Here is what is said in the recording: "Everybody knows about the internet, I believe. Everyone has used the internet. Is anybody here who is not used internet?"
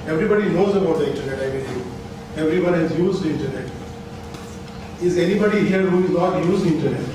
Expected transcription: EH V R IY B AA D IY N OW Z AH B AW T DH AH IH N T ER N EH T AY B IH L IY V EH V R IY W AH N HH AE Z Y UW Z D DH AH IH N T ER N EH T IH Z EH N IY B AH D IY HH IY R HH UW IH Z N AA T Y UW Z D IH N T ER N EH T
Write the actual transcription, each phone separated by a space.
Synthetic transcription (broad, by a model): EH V R IY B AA D IY N OW Z AH B AW T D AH IH N T ER N EH T AY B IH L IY EH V R IY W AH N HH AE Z Y UW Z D IH N T ER N EH T IH Z EH N IY B AH D IY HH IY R HH UW IH Z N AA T Y UW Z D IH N T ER N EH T